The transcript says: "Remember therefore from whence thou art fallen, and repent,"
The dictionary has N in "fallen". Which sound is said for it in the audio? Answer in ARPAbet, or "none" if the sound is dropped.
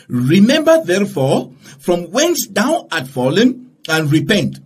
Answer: N